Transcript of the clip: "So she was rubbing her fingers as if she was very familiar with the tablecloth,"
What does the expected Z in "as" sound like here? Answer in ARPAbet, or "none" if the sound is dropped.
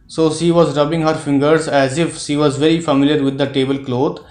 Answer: Z